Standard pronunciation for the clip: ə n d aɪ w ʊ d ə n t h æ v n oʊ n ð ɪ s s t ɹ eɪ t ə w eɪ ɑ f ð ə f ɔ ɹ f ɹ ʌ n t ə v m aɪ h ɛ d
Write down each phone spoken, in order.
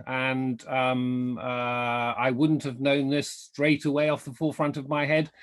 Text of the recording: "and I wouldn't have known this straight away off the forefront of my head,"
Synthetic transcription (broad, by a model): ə n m aɪ w ʊ d n t h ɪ v n oʊ n ð ɪ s s t ɹ eɪ t ə w eɪ ɑ f ð ə f ɔ ɹ f ɹ ʌ n t ə v m aɪ h ɛ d